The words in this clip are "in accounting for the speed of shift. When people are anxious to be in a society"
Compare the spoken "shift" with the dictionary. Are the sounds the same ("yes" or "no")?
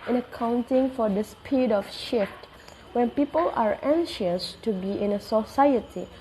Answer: yes